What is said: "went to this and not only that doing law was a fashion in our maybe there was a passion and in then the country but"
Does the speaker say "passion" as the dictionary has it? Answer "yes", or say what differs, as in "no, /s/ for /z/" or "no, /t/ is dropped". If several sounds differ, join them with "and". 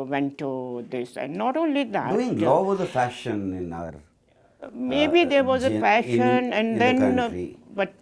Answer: no, /f/ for /p/